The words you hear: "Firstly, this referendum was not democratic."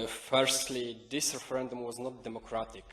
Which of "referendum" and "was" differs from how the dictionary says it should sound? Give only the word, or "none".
none